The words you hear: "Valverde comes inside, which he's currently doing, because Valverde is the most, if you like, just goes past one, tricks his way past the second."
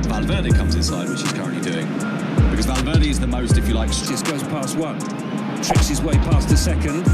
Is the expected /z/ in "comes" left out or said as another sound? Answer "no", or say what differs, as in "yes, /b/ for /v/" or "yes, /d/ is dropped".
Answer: no